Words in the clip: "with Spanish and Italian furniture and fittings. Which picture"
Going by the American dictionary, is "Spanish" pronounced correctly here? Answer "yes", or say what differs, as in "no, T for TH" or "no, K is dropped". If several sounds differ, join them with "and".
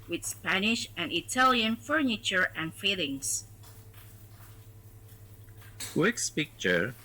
yes